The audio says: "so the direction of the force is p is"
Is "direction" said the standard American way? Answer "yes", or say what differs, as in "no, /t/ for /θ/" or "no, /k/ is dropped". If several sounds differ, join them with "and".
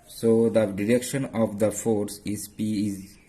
yes